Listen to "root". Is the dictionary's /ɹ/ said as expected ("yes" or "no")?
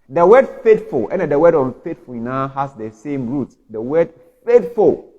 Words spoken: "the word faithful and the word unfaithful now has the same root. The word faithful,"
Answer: yes